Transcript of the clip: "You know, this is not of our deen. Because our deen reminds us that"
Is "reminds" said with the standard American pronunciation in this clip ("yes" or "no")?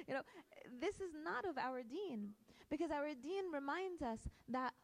yes